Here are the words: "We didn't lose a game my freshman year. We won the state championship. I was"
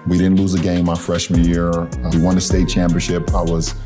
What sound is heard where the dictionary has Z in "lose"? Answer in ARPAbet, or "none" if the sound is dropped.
Z